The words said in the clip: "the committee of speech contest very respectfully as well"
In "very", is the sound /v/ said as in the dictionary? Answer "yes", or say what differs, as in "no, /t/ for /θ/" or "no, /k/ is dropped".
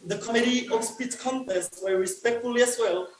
no, /w/ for /v/